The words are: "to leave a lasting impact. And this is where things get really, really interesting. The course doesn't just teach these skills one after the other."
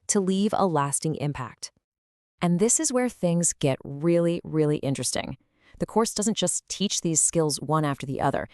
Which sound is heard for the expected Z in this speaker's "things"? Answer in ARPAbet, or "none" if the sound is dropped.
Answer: Z